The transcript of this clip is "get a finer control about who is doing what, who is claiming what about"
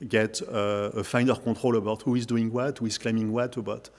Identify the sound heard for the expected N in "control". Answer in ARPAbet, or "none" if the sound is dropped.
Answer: none